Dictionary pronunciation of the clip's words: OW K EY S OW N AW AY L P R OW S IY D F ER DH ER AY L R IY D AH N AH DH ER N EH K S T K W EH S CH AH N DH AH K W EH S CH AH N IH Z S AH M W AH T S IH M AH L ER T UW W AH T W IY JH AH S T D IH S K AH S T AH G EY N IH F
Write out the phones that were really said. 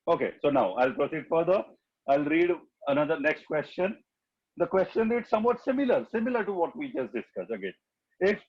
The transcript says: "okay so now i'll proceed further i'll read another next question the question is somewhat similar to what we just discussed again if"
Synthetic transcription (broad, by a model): OW K EY S OW N AW AY L P R OW S IY D F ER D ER AY L R IY D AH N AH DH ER N EH K S T K W EH S CH AH N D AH K W EH S CH AH N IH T S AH M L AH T S IH M AH L ER T UW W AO T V IY JH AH S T D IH S K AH S AH G EY N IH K